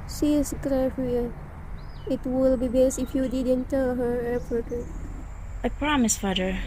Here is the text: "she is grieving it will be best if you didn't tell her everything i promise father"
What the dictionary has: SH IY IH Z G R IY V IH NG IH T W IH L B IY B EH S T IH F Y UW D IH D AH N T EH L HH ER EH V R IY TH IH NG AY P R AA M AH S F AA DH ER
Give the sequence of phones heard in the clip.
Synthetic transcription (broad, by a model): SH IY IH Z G R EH F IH IH T W IH L B IY B EH S T IH F Y UW D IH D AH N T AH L HH ER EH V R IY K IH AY P R AA M AH S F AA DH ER